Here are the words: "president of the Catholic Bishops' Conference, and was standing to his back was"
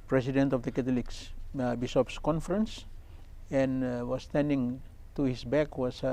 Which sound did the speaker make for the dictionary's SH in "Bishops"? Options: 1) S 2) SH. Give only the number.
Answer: 1